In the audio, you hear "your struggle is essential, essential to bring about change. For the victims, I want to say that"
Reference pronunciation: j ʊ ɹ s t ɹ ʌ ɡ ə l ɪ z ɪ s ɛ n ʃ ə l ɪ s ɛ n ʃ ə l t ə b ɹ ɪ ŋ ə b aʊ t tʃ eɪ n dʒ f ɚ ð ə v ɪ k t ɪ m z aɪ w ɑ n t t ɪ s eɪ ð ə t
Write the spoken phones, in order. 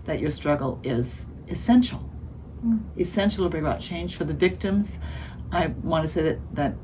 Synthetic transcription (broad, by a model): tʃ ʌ ɹ s t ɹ ʌ ɡ l ɪ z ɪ s ɛ n ʃ l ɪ s ɛ n ʃ l t ə b ɹ ɪ ŋ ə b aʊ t tʃ eɪ n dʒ f ɚ ð ə v ɪ k t ɪ m z aɪ w ɑ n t t ɪ s eɪ ð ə t